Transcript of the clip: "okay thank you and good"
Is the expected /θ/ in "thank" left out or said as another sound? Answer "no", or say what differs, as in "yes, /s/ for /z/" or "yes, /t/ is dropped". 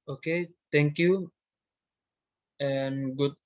yes, /t/ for /θ/